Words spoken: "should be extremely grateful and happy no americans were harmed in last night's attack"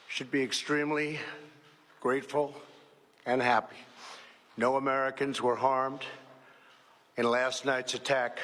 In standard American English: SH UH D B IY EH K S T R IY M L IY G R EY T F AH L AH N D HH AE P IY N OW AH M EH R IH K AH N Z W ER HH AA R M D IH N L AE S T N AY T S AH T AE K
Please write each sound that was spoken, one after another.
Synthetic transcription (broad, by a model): SH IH D B IY EH K S T R IY M L IY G R EY T F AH L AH N HH AE P IY N OW AH M EH R IH K AH N Z W ER HH AA R M D IH N L AE S T N AY T S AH T AE K